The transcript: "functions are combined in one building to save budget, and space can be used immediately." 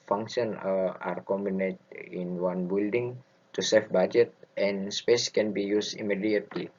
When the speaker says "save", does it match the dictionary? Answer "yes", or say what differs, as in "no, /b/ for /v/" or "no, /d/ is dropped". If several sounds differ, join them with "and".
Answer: no, /f/ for /v/